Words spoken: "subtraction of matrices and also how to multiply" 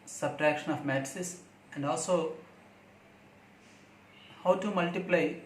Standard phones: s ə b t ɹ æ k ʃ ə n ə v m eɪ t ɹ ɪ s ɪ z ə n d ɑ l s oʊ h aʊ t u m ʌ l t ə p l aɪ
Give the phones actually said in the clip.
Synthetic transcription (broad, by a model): s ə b t ɹ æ k ʃ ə n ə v m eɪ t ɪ s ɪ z ə n d ɑ l s oʊ h aʊ t u m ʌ l t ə p l aɪ